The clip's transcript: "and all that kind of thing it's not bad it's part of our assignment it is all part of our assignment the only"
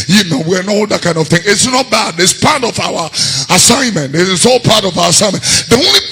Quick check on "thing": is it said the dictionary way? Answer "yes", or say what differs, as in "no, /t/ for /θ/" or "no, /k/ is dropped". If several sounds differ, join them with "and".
yes